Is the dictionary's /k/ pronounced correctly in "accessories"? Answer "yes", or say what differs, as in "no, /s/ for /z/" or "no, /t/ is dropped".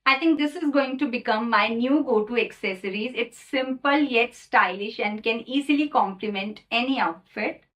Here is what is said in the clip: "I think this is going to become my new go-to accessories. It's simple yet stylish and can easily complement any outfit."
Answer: yes